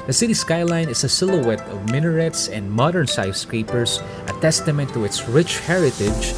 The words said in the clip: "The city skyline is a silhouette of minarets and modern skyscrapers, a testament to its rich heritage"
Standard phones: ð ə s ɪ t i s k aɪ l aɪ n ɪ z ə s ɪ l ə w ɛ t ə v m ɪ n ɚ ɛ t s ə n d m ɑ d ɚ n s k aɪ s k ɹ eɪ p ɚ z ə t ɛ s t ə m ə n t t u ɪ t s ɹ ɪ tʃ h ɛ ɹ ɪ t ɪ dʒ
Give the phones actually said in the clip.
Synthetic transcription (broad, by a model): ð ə s ɪ t i s k aɪ l aɪ n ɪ s ə s ɪ l ə w ɛ t ə v m ɪ n ɚ ɛ t s ə n d m ɑ d ɚ n s aɪ s k ɹ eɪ p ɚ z ə t ɛ s t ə m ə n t t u ɪ t s ɹ ɪ tʃ h ɛ ɹ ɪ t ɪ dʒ